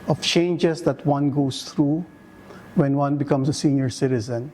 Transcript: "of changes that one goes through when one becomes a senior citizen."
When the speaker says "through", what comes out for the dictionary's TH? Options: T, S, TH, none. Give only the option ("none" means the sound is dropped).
T